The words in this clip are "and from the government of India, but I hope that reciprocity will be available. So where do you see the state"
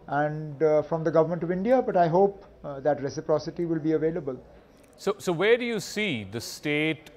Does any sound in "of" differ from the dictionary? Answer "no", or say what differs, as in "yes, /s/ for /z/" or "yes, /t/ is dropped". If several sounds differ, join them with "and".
no